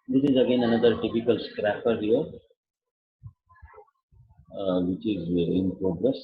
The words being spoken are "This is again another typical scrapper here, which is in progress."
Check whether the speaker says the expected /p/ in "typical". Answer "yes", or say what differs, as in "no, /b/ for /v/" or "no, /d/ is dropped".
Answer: yes